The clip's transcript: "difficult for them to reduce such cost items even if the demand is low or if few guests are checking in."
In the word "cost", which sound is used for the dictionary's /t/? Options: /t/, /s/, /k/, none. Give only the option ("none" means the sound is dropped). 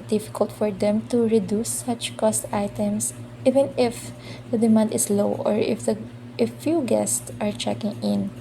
/t/